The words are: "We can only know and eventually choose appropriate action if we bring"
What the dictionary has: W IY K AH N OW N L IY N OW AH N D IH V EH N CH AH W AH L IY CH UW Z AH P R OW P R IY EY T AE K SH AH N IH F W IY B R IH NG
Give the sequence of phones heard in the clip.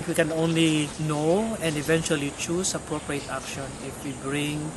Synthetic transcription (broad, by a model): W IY K AH N OW N L IY N OW AH N D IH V EH N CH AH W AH L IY CH UW S AH P R OW P R IY EY T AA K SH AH N IH F W IY B R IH NG